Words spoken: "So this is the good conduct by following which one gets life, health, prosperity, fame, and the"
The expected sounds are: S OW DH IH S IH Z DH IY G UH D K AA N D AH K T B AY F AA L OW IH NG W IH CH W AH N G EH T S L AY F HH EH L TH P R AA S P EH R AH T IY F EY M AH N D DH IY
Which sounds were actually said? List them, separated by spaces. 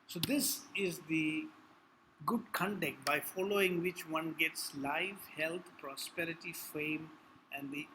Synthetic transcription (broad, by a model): S OW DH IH S IH Z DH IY G UH D K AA N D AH K T B AY F AA L OW IH NG W IH CH W AH N G EH T S L AY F HH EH L T P R AA S P EH R AH T IY F EY M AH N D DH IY